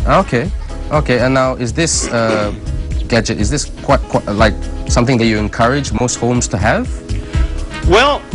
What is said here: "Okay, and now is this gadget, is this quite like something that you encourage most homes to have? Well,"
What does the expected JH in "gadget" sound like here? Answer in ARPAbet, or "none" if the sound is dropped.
JH